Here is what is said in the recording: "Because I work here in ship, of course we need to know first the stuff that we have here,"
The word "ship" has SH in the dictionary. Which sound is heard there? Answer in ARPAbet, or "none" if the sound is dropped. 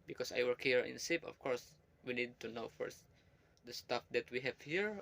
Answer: S